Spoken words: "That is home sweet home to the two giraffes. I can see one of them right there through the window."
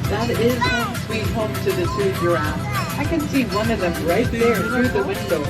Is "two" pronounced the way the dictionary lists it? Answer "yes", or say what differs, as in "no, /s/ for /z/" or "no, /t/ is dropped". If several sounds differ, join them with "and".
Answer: no, /s/ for /t/